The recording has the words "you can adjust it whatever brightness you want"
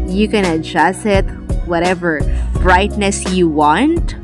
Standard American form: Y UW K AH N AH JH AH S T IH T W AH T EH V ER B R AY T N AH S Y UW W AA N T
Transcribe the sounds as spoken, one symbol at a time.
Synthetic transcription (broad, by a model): Y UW K AH N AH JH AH S IH T W AH T EH V ER B R AY T N AH S Y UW W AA N T